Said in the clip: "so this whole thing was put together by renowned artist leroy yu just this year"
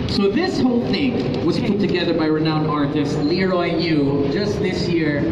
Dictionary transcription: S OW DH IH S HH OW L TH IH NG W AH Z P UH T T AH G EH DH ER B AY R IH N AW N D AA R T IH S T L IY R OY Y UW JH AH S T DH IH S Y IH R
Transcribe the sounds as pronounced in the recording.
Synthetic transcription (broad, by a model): S OW DH IH S HH OW L TH IH NG W AH Z P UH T T AH G EH DH ER B AY R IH N AW N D AA R T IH S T L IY R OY Y UW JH AH S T DH IH S Y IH R